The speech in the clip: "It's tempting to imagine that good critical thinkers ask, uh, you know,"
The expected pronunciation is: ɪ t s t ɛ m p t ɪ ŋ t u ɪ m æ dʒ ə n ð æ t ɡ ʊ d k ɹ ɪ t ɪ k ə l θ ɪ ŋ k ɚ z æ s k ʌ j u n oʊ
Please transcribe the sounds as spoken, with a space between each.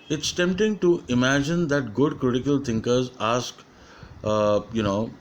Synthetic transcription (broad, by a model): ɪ t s t ɛ m p t ɪ ŋ t u ɪ m æ dʒ ə n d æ t ɡ ʊ d k ɹ ɪ t ɪ k ə l t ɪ ŋ k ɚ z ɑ s k j u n oʊ